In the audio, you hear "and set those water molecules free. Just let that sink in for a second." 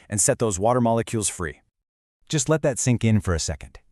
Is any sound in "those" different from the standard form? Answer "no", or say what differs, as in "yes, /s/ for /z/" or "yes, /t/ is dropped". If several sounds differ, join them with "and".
no